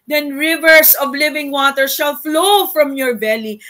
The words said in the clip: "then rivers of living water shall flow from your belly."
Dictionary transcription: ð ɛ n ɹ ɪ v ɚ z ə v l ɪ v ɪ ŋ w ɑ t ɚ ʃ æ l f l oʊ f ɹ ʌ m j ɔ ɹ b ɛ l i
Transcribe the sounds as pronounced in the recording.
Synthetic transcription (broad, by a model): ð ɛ n ɹ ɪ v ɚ s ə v l ɪ v ɪ ŋ w ɑ t ɚ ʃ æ l f l oʊ f ɹ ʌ m j ɔ ɹ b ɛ l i